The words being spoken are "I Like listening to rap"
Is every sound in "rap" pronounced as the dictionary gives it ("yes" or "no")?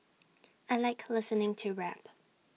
yes